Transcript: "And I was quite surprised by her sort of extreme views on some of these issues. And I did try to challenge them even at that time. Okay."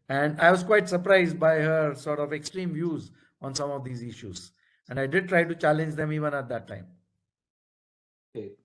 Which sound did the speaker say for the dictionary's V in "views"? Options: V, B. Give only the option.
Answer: V